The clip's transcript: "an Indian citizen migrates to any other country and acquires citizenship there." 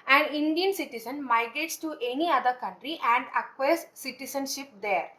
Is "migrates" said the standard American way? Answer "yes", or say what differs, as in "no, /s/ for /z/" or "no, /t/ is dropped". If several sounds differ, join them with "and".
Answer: yes